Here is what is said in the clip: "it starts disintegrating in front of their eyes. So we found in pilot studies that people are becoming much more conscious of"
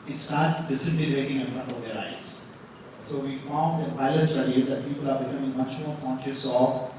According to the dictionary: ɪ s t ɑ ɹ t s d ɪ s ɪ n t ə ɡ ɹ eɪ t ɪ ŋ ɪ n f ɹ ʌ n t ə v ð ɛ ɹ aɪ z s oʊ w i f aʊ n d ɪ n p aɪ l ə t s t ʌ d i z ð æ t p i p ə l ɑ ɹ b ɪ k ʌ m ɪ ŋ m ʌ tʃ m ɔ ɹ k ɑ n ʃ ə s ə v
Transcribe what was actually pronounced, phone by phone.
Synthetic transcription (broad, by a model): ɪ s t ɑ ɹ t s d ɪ s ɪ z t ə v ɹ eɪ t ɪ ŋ ɪ n f ɹ ʌ n t ə v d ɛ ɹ aɪ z s oʊ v i f aʊ n d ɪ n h aɪ ə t s t ʌ d i z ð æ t p i p ə l ɑ ɹ b ɪ k ʌ m ɪ ŋ m ʌ tʃ m ɔ ɹ k ɑ n ʃ ə s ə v